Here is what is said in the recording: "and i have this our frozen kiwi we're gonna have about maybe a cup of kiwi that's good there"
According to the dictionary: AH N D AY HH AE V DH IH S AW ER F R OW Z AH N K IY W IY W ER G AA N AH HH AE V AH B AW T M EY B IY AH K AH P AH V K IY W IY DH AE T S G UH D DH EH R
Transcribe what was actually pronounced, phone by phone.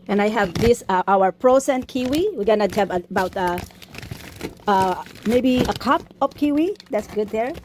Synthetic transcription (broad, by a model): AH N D AY HH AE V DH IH S AW ER P R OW S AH N K IY W IY W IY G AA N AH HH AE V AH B AW T M EY B IY AH K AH P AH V K IY W IY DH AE T S G UH D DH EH R